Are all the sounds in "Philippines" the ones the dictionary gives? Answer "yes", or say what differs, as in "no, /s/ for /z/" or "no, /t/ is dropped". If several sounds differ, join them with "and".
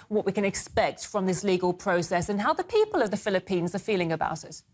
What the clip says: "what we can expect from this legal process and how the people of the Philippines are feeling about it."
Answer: yes